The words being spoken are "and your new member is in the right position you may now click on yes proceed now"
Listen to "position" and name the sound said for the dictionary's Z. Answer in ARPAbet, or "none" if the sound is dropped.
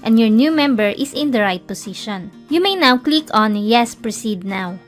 S